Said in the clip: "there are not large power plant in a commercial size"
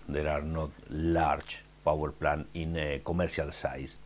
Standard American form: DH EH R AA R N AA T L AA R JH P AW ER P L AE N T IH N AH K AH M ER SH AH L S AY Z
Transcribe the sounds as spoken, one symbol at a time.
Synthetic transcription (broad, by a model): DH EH R AA R N AA T L AA R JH P AW ER P L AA N IH N K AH M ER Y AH L S AY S